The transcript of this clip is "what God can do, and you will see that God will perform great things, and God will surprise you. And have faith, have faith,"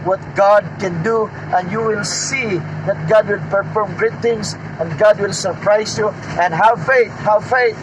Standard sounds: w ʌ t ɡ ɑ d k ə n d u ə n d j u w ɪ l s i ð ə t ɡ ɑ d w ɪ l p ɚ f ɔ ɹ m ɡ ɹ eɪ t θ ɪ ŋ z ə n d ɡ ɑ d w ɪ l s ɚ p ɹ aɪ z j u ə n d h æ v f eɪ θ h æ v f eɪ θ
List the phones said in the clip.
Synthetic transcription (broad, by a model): w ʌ t ɡ ɑ d k ə n d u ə n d j u w ɪ l s i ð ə t ɡ ɑ d w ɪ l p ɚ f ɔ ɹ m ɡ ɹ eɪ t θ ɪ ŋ s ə n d ɡ ɑ d w ɪ l s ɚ p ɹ aɪ s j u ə n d h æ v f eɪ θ h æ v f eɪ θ